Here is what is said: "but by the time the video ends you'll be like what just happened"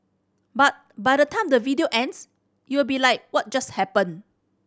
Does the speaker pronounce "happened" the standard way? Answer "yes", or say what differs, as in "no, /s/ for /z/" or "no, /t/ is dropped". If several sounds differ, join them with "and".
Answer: no, /d/ is dropped